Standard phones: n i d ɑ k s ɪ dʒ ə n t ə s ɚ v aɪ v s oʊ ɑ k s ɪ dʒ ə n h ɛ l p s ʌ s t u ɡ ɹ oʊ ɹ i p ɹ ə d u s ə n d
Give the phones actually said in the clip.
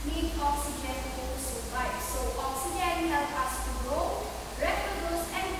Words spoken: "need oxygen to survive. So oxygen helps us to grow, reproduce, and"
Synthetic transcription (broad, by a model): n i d ɑ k s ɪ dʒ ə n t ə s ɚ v aɪ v s oʊ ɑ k s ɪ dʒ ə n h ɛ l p ɑ s t u ɡ ɹ oʊ ɹ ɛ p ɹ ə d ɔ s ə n